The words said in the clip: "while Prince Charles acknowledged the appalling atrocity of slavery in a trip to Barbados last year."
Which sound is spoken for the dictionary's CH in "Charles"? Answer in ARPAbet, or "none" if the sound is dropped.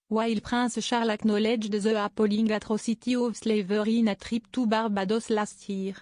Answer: SH